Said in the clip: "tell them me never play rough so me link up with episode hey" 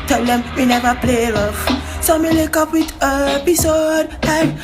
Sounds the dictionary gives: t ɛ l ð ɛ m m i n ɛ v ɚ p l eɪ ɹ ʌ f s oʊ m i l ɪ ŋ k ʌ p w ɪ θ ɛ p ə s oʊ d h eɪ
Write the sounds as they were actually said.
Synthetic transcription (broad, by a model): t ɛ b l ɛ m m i n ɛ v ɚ p l eɪ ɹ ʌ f s oʊ m i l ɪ k ʌ p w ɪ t ɛ p ə s oʊ d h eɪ